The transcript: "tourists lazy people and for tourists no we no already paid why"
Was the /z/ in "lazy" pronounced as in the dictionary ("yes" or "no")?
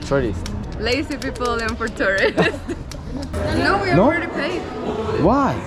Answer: no